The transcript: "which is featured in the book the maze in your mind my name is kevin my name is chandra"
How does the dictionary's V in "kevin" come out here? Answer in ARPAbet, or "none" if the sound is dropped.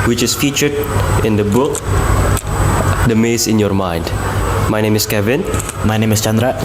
V